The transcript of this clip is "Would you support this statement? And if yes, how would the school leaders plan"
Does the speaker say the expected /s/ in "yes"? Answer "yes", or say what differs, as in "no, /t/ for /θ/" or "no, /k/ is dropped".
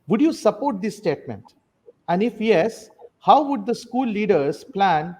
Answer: yes